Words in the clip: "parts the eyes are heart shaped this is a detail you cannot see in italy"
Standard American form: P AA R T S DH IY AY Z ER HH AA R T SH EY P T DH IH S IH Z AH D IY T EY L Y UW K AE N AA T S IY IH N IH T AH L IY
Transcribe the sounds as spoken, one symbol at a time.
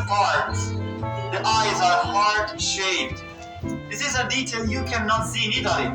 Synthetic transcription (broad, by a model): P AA R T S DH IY AY Z ER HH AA R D SH EY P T DH IH S IH Z AH D IY T EY L Y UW K AE N AA T S IY IH N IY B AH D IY